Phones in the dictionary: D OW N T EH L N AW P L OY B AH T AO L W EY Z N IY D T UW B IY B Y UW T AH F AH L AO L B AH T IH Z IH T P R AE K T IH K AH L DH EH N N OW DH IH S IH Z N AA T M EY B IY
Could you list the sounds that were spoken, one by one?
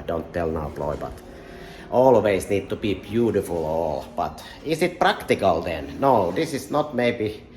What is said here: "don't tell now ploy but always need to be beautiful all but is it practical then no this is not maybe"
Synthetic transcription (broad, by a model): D OW N T EH L N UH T L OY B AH T AO L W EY S N IY D T UW B IY B Y UW T AH F AH L AO L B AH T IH S IH T P R AE K T IH K AH L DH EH N N OW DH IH S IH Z N AA T M EY B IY